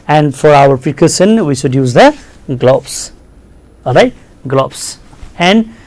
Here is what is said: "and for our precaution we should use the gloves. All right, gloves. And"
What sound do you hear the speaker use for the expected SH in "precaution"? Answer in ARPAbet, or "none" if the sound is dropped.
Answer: S